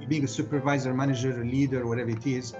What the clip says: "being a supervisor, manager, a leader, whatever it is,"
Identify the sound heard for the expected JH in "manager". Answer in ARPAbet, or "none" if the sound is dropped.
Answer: JH